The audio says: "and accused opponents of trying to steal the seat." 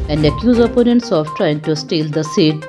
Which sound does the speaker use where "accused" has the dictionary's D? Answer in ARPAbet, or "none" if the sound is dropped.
none